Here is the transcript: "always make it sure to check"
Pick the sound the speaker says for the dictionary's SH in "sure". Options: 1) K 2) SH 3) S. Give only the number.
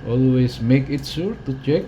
3